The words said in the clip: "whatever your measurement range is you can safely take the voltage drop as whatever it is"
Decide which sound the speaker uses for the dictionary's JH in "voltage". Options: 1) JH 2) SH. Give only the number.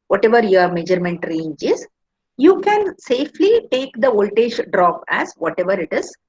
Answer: 2